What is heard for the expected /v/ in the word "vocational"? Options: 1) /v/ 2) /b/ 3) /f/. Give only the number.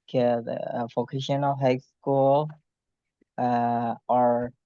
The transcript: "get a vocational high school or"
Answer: 3